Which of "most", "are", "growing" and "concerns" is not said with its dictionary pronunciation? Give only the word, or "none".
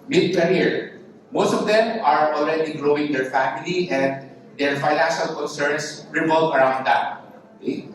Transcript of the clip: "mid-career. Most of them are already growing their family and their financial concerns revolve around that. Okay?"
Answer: concerns